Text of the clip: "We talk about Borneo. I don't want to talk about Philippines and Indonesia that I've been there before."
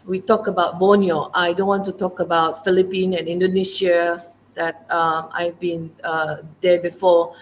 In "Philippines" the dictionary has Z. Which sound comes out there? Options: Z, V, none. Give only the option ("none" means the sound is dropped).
none